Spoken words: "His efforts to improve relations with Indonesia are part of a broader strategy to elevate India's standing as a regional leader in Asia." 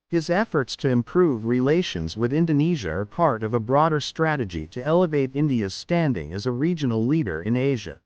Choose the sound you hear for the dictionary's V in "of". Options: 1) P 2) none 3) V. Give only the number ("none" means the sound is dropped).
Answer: 3